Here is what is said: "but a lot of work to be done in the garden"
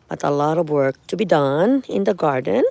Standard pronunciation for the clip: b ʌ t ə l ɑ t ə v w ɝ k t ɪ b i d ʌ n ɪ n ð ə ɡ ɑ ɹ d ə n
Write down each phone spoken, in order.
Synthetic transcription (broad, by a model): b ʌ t ə l ɑ t ə v w ɝ k t ɪ b i d ʌ n ɪ n ð ə ɡ ɑ ɹ d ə n